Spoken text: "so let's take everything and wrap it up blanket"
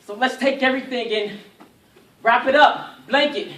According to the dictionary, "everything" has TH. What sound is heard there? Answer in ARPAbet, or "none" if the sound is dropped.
TH